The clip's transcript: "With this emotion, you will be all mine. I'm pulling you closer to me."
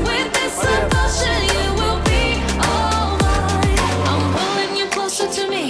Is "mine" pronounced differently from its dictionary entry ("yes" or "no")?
yes